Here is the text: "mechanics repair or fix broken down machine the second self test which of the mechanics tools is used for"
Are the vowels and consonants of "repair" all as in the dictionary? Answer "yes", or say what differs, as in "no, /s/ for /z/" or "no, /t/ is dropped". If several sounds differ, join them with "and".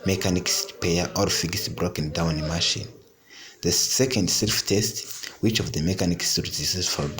no, /p/ is dropped